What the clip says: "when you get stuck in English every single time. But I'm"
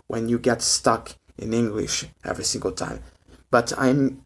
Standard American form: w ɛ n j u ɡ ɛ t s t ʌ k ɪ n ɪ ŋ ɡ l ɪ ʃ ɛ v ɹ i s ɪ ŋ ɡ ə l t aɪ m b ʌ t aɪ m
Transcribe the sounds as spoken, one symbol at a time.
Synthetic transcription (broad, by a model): w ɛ n j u ɡ ɛ t s t ʌ k ɪ n ɪ ŋ ɡ l ɪ ʃ ɛ v ɹ i s ɪ ŋ ɡ ə l t aɪ m b ʌ t aɪ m